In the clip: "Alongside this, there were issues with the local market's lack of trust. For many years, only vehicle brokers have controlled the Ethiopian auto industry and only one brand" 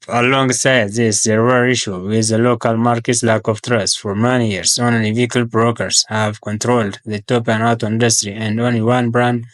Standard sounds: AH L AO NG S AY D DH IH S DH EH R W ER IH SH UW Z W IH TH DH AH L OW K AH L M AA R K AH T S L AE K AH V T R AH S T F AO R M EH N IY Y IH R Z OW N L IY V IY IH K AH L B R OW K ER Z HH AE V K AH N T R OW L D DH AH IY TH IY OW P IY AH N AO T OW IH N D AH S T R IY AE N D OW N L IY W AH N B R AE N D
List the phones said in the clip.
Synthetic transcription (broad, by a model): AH L AO NG S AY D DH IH S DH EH R W ER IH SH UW W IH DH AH L OW K AH L M AA R K AH T S L AE K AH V T R AH S T F AO R M EH N IY Y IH R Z OW N L IY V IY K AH L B R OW K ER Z HH AE V K AH N T R OW L D DH AH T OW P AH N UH T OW IH N D AH S T R IY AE N D OW N L IY W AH N B R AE N D